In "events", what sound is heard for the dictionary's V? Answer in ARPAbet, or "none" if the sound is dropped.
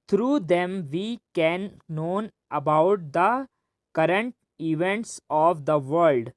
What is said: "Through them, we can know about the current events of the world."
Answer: V